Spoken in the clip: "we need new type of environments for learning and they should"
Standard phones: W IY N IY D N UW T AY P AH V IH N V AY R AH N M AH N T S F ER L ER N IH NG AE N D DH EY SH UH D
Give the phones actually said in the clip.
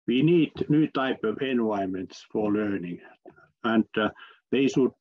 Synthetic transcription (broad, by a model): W IY N IY D N UW T AY P AH V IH N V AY AH M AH N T S F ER L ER N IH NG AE N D DH EY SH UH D